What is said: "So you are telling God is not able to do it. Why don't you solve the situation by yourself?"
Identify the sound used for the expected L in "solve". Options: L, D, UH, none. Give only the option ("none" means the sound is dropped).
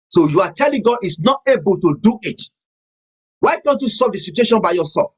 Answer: none